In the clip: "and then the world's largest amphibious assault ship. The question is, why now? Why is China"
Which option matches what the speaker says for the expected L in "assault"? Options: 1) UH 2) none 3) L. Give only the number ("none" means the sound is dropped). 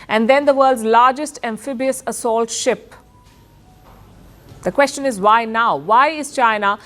3